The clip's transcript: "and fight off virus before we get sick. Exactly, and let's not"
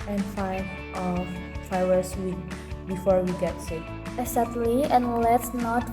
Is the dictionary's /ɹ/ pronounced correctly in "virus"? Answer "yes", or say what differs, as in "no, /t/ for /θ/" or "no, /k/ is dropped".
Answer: no, /w/ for /ɹ/